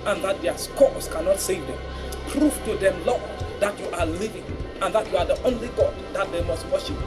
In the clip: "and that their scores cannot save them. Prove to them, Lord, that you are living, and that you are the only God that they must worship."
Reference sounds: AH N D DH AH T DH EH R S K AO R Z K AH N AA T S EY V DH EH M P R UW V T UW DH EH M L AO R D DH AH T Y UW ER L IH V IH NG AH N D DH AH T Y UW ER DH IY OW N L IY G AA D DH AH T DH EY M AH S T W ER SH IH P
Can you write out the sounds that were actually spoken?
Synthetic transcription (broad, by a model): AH N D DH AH T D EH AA S K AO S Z K AH N AA T S EY V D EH M P R UW F T UW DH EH M L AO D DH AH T Y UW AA L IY V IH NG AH N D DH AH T Y UW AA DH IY OW N L IY G AA D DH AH T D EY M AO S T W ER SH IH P